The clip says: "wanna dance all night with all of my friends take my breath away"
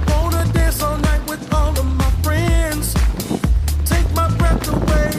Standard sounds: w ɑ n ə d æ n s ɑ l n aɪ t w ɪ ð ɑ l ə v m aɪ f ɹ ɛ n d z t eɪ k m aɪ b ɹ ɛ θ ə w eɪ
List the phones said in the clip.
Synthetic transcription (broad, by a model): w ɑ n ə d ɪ s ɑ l n aɪ t w ɪ ð ɑ l ə v m aɪ f ɹ ɛ n d z t eɪ k m aɪ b ɹ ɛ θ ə w eɪ